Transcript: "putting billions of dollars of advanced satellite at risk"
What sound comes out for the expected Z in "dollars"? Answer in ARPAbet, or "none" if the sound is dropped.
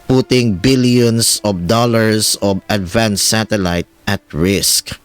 S